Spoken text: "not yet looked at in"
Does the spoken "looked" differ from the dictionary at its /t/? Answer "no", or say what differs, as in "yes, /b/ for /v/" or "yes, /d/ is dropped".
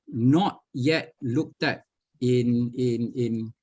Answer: no